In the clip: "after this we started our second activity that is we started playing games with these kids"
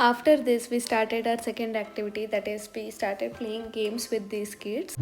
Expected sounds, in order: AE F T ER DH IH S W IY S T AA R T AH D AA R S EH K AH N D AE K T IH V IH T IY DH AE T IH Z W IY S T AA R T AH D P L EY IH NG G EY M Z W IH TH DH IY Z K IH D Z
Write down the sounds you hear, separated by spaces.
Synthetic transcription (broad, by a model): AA F T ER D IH S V IY S T AA R T AH D AA R S EH K AH N D AE K T IH V IH T IY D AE T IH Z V IY S T AA R T AH D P L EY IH NG G EY M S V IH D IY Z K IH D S